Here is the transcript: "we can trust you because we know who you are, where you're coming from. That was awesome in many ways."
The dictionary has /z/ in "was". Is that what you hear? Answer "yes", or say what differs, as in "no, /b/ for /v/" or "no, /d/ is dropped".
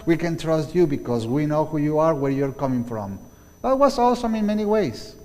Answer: no, /s/ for /z/